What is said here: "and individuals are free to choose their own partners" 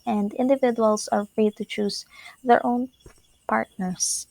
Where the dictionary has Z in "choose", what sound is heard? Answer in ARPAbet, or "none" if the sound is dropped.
S